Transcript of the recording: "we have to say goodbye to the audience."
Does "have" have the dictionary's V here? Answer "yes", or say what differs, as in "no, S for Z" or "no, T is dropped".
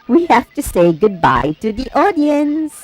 no, F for V